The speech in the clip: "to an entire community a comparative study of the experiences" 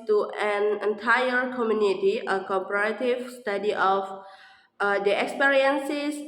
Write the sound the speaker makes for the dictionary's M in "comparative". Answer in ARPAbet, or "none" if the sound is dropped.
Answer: none